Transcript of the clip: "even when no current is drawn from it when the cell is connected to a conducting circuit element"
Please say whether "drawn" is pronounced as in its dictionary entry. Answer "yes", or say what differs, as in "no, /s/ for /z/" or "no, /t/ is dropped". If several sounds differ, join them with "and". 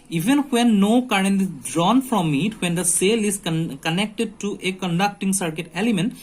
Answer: yes